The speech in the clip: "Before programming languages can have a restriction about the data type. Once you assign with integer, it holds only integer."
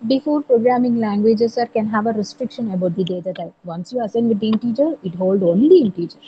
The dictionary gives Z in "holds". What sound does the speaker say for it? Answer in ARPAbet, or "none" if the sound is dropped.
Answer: none